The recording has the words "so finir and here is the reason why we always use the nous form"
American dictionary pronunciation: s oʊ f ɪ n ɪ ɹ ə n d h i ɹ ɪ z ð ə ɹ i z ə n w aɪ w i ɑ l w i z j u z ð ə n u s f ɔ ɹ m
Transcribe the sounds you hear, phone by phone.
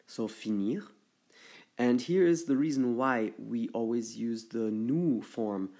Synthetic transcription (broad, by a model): s oʊ f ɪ n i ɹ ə n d h i ɹ ɪ z ð ə ɹ i z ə n w aɪ w i ɑ l w i z j u z ð ə n u f ɔ ɹ m